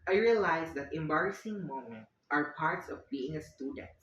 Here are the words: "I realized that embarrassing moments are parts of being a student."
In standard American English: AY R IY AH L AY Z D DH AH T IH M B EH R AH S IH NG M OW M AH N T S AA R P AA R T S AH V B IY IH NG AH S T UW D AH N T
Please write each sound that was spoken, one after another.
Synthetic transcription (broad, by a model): AY R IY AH L AY S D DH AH T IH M B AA R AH S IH NG M OW M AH N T AA R P AA R T S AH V B IY IH NG AH S T UW D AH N T